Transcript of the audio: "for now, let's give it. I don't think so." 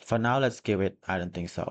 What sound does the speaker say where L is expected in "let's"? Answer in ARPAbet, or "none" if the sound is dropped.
L